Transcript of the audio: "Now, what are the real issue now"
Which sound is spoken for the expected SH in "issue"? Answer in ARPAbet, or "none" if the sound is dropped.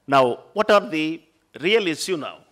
S